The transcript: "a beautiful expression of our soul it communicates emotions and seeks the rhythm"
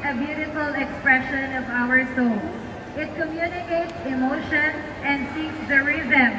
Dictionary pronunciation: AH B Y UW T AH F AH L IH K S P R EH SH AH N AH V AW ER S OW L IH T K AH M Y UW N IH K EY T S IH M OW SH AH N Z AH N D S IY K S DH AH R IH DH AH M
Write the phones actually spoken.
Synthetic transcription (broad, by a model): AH B Y UW T AH F AH L IH K S P R EH SH AH N AH V AW ER S OW L IH T K AH M Y UW N IH K EY T S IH M OW SH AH N AH N D S IY K S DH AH R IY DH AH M